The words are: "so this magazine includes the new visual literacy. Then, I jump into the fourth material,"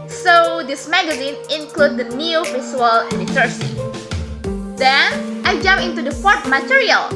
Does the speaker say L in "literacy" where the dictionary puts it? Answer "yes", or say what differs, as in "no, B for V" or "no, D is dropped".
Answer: no, N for L